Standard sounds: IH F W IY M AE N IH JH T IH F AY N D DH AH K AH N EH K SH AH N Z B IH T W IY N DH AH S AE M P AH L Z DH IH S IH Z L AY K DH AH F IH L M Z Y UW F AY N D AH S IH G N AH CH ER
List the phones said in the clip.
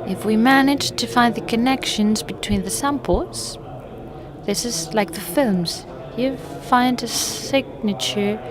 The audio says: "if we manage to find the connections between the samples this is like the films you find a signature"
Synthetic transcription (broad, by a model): IH F W IY M AE N IH JH T IH F AY N DH AH K AH N EH K SH AH N Z B IH T W IY N DH AH S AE M P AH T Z DH IH S IH Z L AY K DH AH F IH L M Z Y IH F AY N D AH S IH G N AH CH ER